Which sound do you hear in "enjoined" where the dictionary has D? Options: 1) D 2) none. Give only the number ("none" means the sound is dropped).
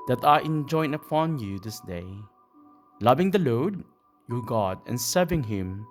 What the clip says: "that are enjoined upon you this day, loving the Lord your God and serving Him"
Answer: 2